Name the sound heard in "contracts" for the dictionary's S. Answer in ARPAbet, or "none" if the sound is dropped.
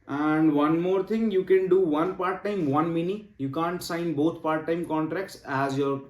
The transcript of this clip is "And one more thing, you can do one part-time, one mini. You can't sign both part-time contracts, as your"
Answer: S